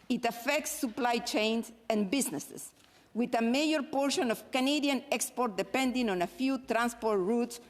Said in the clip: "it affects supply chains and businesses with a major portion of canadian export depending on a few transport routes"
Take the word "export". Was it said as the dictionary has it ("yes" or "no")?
yes